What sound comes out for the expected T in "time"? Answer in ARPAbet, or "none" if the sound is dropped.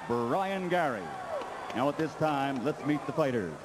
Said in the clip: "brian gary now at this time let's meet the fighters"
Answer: T